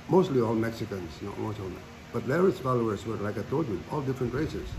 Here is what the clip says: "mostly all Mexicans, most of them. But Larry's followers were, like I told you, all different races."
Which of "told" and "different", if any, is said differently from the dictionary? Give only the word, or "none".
told